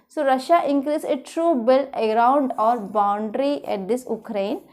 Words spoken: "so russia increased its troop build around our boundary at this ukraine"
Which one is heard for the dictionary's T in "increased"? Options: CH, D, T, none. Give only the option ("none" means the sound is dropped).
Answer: none